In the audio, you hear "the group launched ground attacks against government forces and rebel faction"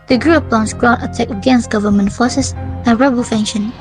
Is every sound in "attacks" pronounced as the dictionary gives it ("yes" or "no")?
no